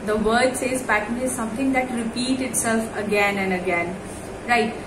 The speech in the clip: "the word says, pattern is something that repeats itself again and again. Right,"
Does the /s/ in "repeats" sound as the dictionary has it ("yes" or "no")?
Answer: no